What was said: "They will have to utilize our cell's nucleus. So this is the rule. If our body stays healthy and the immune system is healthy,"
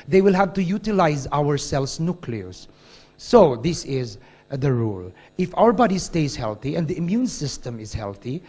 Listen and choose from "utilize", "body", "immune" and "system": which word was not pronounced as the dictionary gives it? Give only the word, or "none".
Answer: none